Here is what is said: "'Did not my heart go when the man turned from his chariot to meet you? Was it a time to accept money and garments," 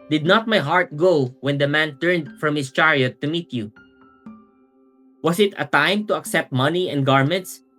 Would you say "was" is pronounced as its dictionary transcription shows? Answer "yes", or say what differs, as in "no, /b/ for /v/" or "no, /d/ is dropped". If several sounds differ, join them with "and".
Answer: no, /s/ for /z/